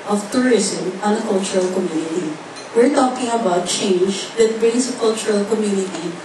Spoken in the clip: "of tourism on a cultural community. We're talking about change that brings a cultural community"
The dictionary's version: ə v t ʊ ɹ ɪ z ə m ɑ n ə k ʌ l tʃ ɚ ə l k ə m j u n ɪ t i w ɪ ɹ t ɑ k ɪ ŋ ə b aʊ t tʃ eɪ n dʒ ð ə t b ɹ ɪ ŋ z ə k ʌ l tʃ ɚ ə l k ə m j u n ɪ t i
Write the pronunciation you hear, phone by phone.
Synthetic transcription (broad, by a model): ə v t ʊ ɹ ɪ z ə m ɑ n ə k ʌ l tʃ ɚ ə l k ə m j u n ɪ t i w ɪ ɹ t ɑ k ɪ ŋ ə b aʊ t tʃ eɪ n dʒ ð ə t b ɹ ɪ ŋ s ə k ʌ l tʃ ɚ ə l k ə m j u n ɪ t i